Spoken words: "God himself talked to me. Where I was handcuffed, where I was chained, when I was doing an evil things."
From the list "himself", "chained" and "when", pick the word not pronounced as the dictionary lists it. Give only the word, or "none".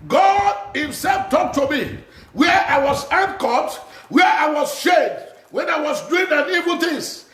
chained